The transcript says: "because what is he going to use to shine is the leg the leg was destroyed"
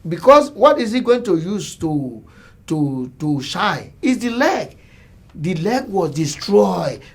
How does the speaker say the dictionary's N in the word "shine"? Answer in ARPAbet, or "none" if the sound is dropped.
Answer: none